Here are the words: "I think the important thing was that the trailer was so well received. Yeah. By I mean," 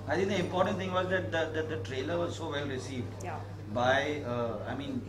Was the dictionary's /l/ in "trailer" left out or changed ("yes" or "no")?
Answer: no